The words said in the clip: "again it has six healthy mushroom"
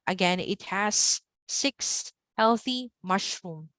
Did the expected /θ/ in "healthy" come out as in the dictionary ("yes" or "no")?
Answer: yes